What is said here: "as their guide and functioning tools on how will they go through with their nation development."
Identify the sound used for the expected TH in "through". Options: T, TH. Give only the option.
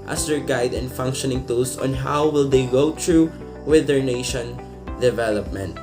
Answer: T